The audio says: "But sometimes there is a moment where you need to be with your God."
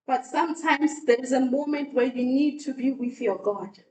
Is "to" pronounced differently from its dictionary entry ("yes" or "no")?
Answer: no